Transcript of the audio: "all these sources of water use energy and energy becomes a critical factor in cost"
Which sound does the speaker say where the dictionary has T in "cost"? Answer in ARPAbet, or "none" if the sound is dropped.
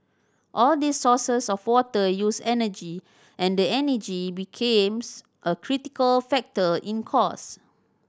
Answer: none